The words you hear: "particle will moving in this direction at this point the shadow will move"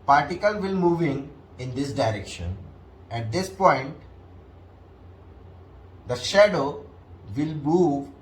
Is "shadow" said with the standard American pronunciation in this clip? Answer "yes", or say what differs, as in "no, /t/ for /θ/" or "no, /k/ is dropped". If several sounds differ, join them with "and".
yes